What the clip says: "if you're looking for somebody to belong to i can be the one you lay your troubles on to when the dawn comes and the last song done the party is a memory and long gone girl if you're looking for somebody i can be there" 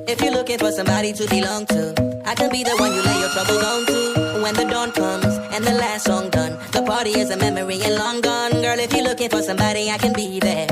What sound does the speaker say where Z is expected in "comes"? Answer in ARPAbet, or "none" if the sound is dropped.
Z